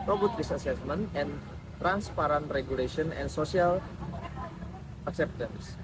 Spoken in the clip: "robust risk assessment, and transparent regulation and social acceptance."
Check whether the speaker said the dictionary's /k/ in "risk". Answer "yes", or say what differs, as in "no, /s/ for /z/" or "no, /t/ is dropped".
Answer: no, /k/ is dropped